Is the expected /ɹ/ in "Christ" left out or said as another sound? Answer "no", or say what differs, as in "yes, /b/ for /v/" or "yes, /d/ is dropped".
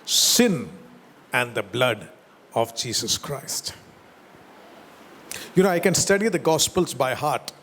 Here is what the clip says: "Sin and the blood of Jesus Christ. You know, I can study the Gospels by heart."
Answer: no